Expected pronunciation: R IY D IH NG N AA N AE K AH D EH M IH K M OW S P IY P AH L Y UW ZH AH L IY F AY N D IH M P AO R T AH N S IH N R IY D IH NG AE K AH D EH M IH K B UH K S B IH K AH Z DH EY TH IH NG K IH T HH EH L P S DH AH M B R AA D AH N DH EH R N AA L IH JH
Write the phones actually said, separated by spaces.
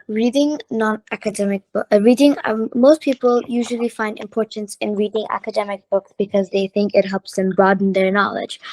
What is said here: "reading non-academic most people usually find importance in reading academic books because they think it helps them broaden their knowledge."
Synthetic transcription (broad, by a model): R IY D IH NG N AA N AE K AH D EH M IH K M OW S P IY P AH L Y UW ZH AH L IY F AY N D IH M P AO R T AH N S IH N R IY D IH NG AE K AH D EH M IH K B UH K S B IH K AH Z DH EY TH IH NG K IH T HH EH L P S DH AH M B R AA D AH N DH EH R N AA L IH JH